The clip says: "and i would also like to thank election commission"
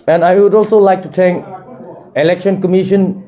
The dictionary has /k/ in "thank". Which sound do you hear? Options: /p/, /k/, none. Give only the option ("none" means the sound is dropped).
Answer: none